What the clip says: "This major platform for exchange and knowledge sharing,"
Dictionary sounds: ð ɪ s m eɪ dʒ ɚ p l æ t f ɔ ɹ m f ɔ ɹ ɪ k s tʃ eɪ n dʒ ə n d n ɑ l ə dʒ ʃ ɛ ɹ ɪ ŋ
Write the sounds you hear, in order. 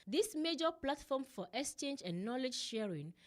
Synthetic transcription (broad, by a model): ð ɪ s m eɪ dʒ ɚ p l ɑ t f ɔ m f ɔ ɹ ɪ k s tʃ eɪ n dʒ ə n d n ɑ l ə dʒ ʃ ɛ ɹ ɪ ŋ